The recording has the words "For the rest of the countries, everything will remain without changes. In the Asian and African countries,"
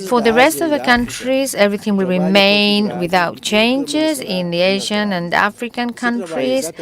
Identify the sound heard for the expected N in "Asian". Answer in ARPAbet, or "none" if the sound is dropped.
N